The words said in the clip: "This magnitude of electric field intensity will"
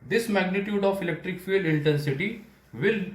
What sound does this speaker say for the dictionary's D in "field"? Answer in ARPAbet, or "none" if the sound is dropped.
none